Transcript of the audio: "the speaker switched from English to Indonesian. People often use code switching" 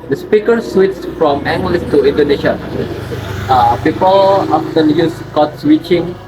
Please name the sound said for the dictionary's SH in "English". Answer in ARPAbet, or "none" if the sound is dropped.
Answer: S